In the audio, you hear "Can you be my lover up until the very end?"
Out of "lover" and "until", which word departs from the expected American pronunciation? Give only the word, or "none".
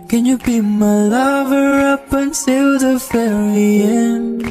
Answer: until